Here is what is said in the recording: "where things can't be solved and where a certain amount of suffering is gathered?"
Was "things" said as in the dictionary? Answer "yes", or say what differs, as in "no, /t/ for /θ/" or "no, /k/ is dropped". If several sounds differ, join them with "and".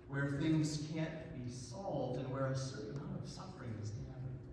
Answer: yes